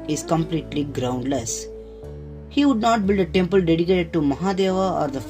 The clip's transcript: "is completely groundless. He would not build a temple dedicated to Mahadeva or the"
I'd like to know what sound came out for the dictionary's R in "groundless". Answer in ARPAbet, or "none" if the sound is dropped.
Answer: R